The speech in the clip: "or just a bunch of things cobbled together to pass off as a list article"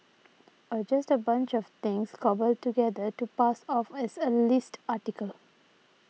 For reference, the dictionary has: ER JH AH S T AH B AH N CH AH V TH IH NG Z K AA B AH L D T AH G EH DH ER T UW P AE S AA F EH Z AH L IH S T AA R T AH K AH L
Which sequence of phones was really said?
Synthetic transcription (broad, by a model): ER JH AH S T AH B AH N CH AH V T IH NG S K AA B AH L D T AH G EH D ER T UW P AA S AA F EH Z AH L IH S T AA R T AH K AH L